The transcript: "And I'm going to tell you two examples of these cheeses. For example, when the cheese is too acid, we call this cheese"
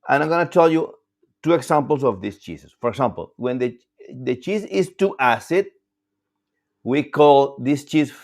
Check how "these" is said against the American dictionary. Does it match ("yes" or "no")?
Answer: no